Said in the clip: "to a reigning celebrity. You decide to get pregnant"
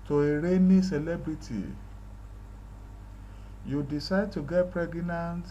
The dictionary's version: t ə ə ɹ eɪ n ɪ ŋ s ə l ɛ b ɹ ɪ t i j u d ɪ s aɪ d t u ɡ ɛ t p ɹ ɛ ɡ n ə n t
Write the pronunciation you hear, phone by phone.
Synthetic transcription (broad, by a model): t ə ə ɹ eɪ n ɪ s ə l ɛ b ɹ ɪ t i j u d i s aɪ d t u ɡ ɛ t p ɹ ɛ ɡ n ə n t